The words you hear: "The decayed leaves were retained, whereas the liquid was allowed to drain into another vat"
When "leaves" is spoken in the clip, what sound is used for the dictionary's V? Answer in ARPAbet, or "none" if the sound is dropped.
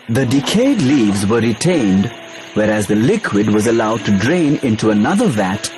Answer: V